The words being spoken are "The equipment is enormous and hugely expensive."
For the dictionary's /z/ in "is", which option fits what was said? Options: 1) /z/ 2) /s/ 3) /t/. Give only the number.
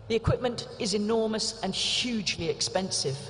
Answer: 1